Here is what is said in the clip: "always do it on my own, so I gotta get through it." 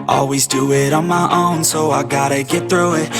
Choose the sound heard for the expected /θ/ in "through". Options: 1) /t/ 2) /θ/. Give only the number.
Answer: 2